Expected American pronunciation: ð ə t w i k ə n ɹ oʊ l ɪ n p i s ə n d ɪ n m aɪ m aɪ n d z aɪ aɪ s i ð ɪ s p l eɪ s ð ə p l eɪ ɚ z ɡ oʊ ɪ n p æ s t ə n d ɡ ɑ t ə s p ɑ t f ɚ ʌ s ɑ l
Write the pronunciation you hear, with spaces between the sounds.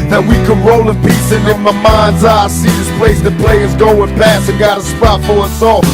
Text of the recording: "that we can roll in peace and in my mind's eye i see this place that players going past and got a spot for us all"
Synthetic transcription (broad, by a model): ð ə t w i k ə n ɹ oʊ l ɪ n p i s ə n ɪ n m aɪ m aɪ n d z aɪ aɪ s i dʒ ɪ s p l eɪ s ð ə p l eɪ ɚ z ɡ oʊ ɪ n p æ s ə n ɡ ɑ t ə s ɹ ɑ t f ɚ ʌ s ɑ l